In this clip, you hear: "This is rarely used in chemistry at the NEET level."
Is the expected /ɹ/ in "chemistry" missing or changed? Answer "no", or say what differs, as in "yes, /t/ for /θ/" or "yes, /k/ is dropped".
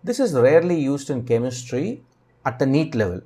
no